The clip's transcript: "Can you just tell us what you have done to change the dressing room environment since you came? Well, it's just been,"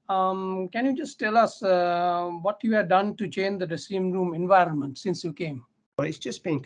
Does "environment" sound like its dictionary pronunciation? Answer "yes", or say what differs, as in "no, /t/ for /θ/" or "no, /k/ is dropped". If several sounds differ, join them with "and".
yes